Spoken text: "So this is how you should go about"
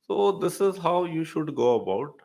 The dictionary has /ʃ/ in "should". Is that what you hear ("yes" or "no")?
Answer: yes